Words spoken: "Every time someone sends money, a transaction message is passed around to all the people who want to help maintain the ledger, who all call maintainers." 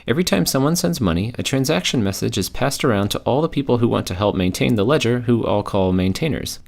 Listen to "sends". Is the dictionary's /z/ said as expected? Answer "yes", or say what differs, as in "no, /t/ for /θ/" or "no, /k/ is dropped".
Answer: yes